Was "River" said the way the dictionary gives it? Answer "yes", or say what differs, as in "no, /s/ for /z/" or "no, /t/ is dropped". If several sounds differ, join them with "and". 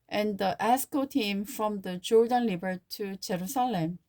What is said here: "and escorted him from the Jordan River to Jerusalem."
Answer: no, /l/ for /ɹ/ and /b/ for /v/